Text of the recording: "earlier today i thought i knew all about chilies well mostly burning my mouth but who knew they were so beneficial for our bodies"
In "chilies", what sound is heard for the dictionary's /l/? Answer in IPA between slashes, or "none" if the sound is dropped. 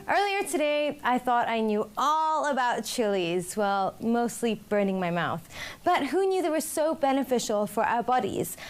/l/